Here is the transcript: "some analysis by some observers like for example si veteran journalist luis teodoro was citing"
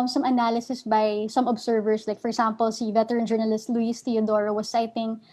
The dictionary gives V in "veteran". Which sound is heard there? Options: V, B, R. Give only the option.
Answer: V